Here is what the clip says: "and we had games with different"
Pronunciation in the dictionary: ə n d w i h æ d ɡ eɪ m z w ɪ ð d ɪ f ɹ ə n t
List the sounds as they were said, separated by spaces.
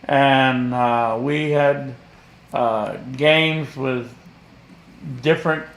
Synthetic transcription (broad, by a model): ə n w i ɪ d ɡ eɪ m z w ɪ ð d ɪ f ɹ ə n t